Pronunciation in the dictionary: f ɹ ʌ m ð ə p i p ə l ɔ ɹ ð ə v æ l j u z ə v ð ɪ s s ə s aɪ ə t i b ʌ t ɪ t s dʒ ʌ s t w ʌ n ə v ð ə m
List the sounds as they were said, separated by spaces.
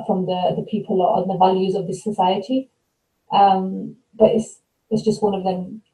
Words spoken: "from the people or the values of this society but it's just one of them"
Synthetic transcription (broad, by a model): f ɹ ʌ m ð ə p i p ə l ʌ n ð ə v æ l j u z ə v ð ɪ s s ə s aɪ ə t i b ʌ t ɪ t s dʒ ʌ s t w ʌ n ə v ð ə m